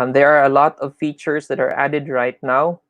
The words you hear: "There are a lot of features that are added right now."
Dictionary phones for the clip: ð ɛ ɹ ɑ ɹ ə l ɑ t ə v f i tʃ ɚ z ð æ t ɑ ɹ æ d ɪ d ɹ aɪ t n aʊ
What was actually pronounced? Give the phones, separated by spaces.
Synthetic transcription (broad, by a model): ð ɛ ɹ ɑ ɹ ə l ɑ t ə v f i tʃ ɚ s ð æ t ɑ ɹ æ d ɪ d ɹ aɪ t n aʊ